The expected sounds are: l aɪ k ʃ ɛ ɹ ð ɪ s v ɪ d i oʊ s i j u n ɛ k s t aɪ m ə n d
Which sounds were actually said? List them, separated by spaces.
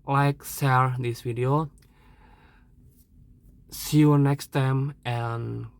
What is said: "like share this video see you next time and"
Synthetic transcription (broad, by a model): l aɪ k s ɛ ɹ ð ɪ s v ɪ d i oʊ s i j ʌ n ɛ k s t aɪ m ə n